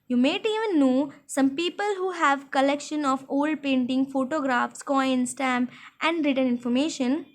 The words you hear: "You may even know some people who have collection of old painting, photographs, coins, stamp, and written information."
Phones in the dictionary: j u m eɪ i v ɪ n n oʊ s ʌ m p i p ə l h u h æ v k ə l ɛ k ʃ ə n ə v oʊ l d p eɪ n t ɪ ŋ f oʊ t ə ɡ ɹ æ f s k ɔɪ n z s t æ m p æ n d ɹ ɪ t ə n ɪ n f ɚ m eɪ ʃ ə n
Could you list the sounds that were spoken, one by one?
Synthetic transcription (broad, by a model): j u m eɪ i v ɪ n n oʊ s ʌ m p i p ə l h u h æ v k ə l ɛ k ʃ ə n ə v oʊ l d p eɪ n t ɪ ŋ f oʊ t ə ɡ ɹ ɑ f s k ɔɪ n s t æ m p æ n d ɹ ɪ t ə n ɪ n f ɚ m eɪ ʃ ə n